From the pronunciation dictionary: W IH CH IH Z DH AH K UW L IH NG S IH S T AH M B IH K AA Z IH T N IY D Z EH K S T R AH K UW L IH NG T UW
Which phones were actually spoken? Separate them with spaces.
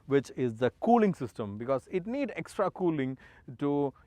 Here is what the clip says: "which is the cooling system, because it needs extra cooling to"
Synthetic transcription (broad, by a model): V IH CH IH Z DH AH K UW L IH NG S IH S T AH M B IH K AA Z IH T N IY D EH K S T R AH K UW L IH NG T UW